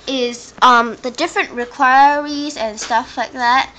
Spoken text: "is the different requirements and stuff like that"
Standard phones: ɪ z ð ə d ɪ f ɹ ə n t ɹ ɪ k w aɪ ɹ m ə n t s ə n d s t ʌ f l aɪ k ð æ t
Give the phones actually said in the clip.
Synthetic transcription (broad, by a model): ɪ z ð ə d ɪ f ɹ ə n t ɹ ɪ k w aɪ ɹ ə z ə n s t ʌ f l aɪ k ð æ t